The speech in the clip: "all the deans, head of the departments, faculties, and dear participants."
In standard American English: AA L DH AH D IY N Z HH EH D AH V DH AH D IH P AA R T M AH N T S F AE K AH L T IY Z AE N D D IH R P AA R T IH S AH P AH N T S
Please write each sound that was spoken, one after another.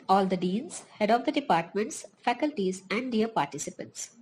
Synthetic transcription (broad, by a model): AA L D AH D IY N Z HH EH D AH V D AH D IH P AA R T M AH N T S F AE K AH L T IY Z AE N D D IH R P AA R T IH S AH P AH N T S